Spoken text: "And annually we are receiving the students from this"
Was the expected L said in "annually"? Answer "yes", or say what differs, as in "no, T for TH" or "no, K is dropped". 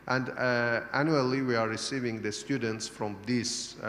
yes